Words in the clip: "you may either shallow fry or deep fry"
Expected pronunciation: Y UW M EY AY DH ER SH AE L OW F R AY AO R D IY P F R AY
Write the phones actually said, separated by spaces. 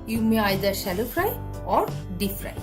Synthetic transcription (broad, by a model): Y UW M EY AY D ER S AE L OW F R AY AO R D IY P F R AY